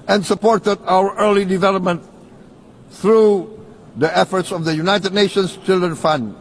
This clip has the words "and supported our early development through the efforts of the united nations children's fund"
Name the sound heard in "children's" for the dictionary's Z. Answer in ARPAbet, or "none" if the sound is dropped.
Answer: none